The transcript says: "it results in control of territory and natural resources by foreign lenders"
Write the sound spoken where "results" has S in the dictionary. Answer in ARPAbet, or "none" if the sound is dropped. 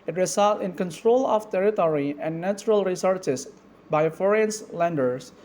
none